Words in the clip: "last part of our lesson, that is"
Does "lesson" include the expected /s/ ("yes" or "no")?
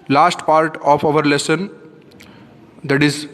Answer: yes